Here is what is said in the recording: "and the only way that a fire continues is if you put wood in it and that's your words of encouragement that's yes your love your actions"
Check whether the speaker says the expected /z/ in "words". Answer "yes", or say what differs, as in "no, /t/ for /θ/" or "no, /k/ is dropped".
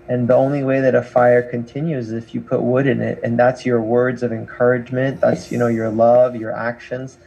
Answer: yes